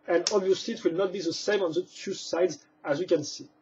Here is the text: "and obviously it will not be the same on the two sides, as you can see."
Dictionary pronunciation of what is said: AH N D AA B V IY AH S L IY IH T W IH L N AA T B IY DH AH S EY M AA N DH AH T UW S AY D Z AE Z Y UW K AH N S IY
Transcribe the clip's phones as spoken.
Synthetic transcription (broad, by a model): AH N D AA B V IY AH S L IY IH T W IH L N AA T B IY DH AH S EY M AA N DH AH T UW S AY D Z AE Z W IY K AH N S IY